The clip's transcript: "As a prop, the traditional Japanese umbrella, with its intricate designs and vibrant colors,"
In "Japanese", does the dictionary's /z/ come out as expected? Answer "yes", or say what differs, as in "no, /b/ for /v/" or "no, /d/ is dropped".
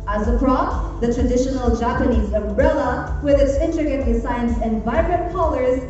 yes